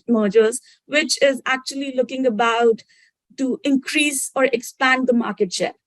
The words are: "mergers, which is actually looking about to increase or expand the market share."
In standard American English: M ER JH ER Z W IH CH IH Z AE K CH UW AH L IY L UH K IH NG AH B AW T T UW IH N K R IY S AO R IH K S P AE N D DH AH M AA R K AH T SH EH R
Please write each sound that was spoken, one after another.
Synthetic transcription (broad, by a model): M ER JH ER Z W IH CH IH Z AE K CH UW AH L IY L UH K IH NG AH B AW T T UW IH N K R IY S AO R IH K S P AE N D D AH M AA R K AH T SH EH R